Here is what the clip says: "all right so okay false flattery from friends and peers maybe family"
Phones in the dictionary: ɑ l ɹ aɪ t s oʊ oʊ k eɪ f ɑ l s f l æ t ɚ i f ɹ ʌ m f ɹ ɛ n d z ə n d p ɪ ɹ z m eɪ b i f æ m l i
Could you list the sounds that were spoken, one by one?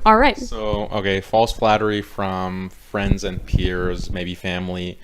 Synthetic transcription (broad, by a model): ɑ l ɹ aɪ t s oʊ oʊ k eɪ f ɑ l s f l æ t ɚ i f ɹ ʌ m f ɹ ɛ n d z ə n p ɪ ɹ z m eɪ b i f æ m l i